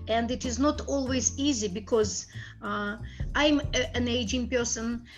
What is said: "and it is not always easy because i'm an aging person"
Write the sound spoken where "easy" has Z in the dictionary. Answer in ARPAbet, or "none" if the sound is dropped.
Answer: Z